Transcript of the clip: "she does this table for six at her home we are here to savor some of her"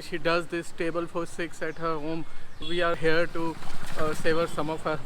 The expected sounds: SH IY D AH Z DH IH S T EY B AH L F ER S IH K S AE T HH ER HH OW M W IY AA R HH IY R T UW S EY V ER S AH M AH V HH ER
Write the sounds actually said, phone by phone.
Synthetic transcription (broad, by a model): SH IY D AH Z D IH S T EY B AH L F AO S IH K S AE T HH ER HH OW M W IY AA R HH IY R T UW S EY V ER S AH M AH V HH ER